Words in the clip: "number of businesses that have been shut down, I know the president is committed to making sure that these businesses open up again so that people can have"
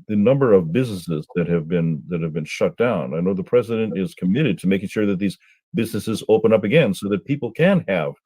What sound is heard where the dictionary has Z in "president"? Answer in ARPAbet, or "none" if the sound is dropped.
Z